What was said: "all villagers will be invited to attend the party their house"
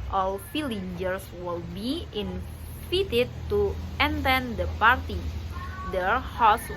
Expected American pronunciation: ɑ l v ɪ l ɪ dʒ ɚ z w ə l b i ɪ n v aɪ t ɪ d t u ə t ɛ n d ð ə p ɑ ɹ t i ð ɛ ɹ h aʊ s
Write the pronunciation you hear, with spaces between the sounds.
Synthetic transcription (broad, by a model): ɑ l f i l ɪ dʒ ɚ s w ə l b i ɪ n f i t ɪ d t u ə t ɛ n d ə p ɑ ɹ t i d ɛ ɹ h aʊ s